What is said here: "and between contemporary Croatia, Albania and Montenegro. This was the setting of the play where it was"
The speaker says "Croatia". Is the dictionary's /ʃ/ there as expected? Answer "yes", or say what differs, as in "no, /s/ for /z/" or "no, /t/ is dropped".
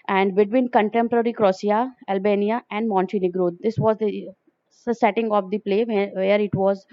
no, /ʃ/ is dropped